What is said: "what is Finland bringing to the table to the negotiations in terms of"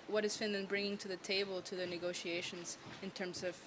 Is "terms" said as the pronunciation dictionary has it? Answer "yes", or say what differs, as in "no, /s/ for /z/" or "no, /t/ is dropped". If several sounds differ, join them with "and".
yes